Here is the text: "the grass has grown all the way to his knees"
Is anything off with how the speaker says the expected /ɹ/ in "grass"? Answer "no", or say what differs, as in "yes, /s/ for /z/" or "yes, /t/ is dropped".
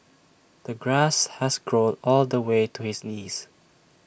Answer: no